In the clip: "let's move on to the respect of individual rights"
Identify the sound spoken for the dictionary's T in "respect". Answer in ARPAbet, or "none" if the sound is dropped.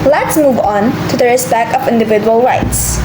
none